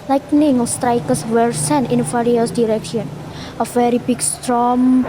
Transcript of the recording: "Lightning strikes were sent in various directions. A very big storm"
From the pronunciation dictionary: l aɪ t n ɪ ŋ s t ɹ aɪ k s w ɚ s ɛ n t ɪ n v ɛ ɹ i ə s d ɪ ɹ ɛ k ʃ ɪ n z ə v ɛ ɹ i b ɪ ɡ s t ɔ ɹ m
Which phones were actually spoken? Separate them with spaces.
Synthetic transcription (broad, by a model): l aɪ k n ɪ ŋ s t ɹ aɪ k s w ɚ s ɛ n ɪ n f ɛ ɹ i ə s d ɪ ɹ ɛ k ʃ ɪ n ə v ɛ ɹ i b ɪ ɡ s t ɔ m